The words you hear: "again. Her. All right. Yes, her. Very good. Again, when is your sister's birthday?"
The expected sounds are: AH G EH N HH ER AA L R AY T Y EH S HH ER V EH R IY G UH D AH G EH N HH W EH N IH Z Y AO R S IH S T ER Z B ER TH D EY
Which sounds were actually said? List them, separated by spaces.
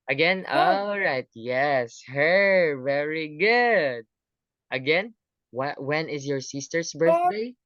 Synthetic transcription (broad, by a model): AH G EH N AA L R AY T Y EH S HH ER V EH R IY G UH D AH G EH N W W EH N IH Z Y AO R S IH S T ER S B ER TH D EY